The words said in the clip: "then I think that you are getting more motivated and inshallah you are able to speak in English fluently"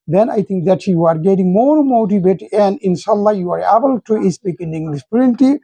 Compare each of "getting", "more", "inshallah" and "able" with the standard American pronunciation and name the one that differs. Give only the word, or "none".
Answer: none